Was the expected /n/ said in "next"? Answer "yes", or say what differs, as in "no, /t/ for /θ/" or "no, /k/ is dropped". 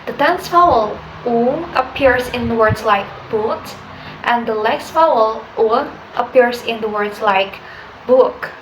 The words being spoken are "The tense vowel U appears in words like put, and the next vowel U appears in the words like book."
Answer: no, /l/ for /n/